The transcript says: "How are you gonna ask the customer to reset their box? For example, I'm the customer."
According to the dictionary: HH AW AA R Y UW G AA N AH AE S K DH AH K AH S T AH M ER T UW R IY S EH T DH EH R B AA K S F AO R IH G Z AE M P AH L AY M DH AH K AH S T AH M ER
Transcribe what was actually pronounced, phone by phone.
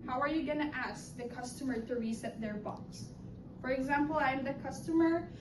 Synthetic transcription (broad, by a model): HH AW AA R Y UW G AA N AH AE S K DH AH K AH S T AH M ER T UW R IY S EH T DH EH R B AA K S F AO R IH G Z AE M P AH L AY M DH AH K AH S T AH M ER